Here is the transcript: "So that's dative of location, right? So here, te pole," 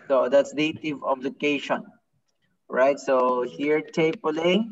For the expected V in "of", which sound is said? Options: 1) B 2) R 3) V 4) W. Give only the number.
1